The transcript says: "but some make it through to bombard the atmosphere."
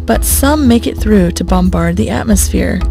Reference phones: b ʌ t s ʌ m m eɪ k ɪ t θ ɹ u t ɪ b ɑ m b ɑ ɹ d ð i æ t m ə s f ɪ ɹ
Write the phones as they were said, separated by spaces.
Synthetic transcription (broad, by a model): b ʌ t s ʌ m m eɪ k ɪ t θ ɹ u t ɪ b ɑ m b ɑ ɹ d ð i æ t m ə s f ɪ ɹ